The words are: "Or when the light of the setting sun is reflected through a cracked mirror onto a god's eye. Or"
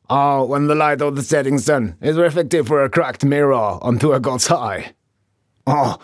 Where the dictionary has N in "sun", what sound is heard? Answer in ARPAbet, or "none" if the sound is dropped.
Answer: N